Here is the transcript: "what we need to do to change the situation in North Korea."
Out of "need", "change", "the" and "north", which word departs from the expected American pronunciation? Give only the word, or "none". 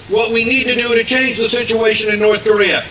none